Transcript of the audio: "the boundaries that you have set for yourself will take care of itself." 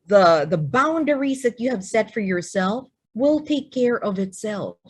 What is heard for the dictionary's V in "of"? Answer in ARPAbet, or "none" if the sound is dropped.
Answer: V